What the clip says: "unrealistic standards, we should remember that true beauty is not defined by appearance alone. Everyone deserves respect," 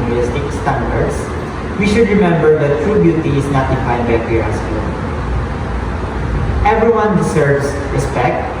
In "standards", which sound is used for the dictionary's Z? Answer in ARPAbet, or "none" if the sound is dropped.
S